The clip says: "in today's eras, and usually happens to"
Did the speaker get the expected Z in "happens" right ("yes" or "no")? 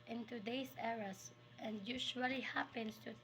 no